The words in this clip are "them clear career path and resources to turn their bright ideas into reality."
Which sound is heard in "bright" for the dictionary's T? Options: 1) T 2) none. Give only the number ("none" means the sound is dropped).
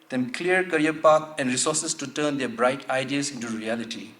1